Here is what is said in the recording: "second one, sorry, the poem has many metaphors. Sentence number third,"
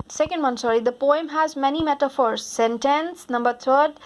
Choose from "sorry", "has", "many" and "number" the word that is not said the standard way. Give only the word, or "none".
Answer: none